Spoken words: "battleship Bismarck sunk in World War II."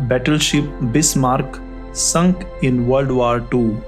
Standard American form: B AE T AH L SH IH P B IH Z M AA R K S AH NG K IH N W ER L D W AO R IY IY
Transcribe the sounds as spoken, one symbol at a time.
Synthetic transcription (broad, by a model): B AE T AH L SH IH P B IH S M AA R K S AH NG K IH N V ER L D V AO R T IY